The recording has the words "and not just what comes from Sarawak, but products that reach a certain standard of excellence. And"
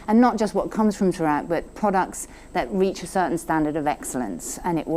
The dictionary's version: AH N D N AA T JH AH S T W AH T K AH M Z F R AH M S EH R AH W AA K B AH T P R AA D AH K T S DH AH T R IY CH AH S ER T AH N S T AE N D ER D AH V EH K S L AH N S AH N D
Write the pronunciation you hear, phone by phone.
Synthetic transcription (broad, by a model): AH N N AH T JH AH S T W AH T K AH M Z F R AH M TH R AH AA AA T B AH T P R AA D AH K T S DH AH T R IY CH AH S ER T N S T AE N D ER D AH V EH K S L AH N S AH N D